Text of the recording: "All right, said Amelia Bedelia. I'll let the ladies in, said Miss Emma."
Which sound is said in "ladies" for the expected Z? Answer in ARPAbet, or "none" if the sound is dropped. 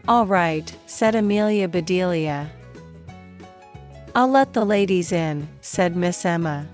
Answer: Z